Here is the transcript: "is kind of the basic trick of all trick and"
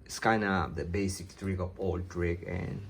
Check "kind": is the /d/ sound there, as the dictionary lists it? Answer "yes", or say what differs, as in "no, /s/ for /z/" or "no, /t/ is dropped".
no, /d/ is dropped